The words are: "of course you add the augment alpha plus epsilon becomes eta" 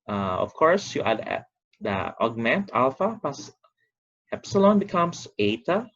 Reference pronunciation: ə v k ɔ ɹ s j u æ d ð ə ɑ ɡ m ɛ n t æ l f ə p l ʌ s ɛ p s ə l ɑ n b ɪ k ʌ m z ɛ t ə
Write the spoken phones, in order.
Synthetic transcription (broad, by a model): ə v k ɔ ɹ s j u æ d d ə ɑ ɡ m ɛ n t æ l f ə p ʌ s ɛ p s ə l ɑ n b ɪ k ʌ m s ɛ t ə